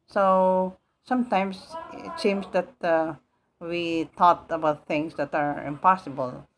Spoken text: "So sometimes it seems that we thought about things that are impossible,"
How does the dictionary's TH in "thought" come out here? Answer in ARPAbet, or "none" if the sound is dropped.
T